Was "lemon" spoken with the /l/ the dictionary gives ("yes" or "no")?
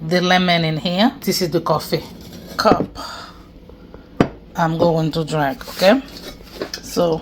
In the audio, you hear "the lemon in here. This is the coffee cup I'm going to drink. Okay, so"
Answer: yes